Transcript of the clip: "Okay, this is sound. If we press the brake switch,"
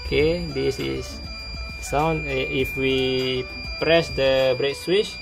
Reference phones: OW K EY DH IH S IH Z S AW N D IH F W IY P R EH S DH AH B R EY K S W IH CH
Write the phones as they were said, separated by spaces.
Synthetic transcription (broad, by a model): K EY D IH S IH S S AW N IH F W IY P R EH S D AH B R EY K S W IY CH